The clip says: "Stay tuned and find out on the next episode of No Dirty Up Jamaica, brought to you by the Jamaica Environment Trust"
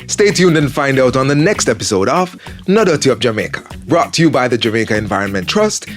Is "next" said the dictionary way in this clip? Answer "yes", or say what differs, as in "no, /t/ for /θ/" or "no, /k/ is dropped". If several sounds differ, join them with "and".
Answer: yes